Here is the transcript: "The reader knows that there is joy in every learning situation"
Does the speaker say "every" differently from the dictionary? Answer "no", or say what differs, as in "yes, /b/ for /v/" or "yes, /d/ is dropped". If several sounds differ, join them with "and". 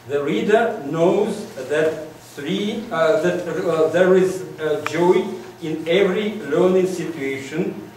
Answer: no